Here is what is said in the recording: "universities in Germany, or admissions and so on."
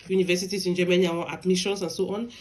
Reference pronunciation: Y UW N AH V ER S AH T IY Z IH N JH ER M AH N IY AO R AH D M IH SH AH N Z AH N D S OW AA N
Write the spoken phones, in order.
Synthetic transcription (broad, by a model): Y UW N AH V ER S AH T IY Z IH N JH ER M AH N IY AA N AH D M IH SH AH N S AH N S OW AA N